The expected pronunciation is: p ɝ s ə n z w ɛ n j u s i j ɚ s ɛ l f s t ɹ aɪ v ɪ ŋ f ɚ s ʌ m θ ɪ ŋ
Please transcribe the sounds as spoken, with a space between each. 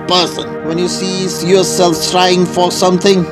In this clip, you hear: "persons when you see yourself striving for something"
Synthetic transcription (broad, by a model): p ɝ s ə n w ɛ n j u s i j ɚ s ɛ l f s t ɹ aɪ ɪ ŋ f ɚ s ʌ m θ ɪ ŋ